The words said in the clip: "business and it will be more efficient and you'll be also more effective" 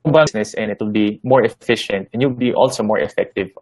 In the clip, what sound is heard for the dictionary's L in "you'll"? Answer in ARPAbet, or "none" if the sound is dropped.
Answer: W